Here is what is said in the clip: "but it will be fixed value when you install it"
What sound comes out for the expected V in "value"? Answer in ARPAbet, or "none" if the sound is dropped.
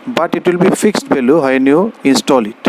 B